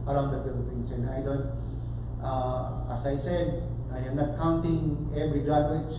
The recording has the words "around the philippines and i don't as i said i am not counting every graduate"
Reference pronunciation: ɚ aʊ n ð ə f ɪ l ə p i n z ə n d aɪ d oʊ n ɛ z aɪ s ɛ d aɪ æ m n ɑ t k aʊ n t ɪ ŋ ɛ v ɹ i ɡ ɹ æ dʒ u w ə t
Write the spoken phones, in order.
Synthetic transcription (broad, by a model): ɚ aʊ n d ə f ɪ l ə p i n s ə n aɪ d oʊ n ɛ s aɪ s ɛ d aɪ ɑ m n ɑ t k aʊ n t ɪ ŋ ɛ v ɹ i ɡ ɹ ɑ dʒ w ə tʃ